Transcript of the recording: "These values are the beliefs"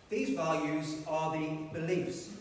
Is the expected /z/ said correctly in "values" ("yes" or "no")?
yes